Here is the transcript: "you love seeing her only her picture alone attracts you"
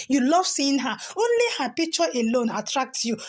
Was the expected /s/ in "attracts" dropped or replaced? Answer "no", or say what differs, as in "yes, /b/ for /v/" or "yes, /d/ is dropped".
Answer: yes, /s/ is dropped